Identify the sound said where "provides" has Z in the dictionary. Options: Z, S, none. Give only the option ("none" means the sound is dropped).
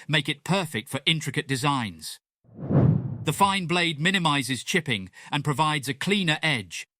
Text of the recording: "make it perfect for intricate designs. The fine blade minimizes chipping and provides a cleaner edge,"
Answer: Z